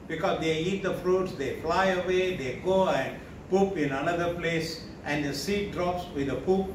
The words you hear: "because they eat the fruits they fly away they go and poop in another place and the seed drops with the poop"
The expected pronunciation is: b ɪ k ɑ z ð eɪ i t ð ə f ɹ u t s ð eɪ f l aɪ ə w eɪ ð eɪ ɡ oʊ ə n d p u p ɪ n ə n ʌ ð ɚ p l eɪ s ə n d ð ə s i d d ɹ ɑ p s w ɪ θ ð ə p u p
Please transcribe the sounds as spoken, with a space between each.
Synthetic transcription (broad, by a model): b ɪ k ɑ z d eɪ i t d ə f ɹ u t s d eɪ f l aɪ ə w eɪ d eɪ ɡ oʊ ə n d p u p ɪ n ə n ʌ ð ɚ p l eɪ s ə n d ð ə s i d d ɹ ɑ p s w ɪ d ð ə p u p